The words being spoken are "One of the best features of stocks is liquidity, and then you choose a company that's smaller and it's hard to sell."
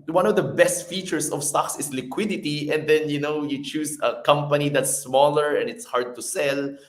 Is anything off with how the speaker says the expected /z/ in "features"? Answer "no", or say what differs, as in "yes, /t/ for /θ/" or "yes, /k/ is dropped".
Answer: yes, /s/ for /z/